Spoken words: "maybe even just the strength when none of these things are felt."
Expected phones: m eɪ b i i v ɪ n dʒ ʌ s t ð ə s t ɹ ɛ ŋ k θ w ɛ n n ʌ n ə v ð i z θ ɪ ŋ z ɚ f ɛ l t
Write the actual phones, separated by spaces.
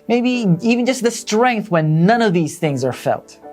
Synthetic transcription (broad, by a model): m eɪ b i i v ɪ n dʒ ʌ s t ð ə s t ɹ ɛ ŋ k θ w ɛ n n ʌ n ə v ð i z θ ɪ ŋ z ɚ f ɛ l t